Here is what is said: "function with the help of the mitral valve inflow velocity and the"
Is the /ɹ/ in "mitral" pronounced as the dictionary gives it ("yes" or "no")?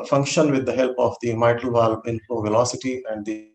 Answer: no